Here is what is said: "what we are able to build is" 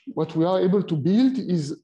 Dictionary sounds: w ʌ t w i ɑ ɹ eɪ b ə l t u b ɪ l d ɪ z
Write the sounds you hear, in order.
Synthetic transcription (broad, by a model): w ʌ t w i ɑ ɹ eɪ b ə l t u b ɪ l d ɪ z